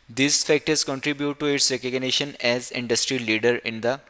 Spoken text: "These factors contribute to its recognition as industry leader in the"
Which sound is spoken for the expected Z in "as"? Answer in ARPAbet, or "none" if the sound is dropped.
Z